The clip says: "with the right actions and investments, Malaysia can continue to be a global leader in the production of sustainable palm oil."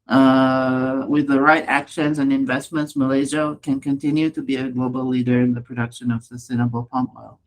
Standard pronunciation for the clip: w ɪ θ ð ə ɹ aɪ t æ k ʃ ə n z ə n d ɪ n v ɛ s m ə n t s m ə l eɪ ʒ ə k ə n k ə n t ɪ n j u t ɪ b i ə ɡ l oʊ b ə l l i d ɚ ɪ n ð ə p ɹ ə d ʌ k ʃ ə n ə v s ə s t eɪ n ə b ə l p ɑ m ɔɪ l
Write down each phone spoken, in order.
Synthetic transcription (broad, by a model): w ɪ ð ə ɹ aɪ t æ k ʃ ə n z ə n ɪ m v ɛ s m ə n t s m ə l eɪ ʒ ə k ə n k ə n t ɪ n j u t ɪ b i ə ɡ l oʊ b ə l l i d ɚ ɪ n ð ə p ɹ ə d ʌ k ʃ ə n ə v s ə s t eɪ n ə b l p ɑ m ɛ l